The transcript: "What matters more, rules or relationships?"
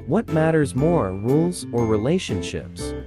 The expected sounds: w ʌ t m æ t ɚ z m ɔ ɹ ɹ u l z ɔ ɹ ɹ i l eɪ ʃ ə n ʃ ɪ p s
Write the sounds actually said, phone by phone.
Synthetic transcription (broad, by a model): w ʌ t m æ t ɚ z m ɔ ɹ ɹ u l z ɔ ɹ ɹ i l eɪ ʃ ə n ʃ ɪ p s